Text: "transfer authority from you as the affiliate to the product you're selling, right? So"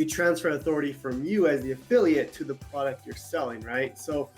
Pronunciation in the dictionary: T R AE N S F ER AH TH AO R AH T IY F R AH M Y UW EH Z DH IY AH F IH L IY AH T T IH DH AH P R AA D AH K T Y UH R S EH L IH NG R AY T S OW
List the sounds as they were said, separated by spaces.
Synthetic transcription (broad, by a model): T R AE N S F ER AH TH AO R AH T IY F R AH M Y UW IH Z DH IY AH F IH L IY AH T T IH DH AH P R AA D AH K T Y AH R S EH L IH NG R AY T S OW